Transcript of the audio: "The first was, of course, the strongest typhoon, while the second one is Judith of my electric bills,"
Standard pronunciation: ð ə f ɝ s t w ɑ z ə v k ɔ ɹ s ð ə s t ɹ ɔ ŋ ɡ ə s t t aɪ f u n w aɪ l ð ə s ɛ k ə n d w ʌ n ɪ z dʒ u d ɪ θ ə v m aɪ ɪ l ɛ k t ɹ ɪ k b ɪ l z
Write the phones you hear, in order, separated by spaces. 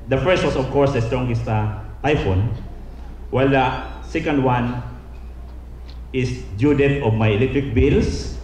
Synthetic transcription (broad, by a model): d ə f ɝ s t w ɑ s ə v k ɔ ɹ s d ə s t ɹ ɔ ŋ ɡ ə s t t aɪ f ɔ n w aɪ l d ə s ɛ k ə n d w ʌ n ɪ s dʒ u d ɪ t ə v m aɪ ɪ l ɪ t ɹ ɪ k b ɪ l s